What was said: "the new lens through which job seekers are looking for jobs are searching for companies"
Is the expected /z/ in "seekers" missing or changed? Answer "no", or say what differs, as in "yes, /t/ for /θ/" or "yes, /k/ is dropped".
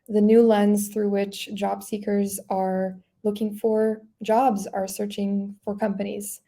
no